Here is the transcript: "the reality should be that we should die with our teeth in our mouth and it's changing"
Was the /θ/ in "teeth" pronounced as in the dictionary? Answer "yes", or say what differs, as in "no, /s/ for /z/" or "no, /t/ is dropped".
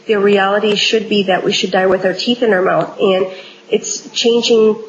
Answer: yes